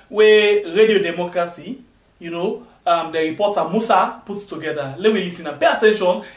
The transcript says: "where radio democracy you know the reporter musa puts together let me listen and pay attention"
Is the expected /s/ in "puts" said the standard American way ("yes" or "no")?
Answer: no